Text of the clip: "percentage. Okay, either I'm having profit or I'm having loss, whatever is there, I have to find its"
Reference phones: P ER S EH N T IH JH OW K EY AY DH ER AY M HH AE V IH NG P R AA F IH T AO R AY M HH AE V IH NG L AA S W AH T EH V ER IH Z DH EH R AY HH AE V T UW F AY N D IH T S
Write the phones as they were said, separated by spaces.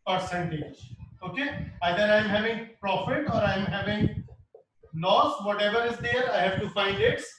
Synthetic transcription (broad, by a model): P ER S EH N T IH JH OW K EY AY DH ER AY M HH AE V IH NG P R AA F IH T AO R AY M HH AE V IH NG N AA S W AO T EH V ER IH Z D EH R AY HH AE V T UW F AY N D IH T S